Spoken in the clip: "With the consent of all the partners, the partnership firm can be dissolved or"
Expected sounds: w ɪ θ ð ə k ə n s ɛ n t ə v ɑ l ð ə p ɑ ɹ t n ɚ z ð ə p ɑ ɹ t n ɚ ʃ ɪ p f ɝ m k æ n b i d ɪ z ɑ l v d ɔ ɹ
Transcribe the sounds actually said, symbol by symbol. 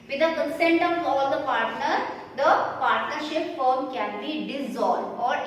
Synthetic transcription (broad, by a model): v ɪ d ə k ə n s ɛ n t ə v ɑ l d ə p ɑ ɹ t n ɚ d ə p ɑ ɹ t n ɚ ʃ ɪ p f ɝ m k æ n b i d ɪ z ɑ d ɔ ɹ